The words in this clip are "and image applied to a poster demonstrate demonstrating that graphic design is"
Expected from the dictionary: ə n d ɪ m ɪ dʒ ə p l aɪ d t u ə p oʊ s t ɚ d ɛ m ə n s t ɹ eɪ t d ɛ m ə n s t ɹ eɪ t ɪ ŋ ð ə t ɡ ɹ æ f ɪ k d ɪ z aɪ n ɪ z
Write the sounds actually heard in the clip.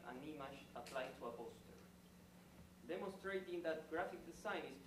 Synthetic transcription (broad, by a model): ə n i m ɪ ʃ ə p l aɪ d t u ə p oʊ s t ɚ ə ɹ d ɛ m ə n s t ɹ eɪ t ɪ ŋ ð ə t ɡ ɹ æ f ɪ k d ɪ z aɪ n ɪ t